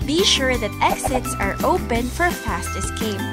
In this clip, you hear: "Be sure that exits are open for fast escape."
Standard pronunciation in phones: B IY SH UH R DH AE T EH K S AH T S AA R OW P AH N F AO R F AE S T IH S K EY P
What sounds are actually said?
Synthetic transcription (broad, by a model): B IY SH UH R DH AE T EH K S AH T S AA R OW P AH N F AO R F AE S T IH S K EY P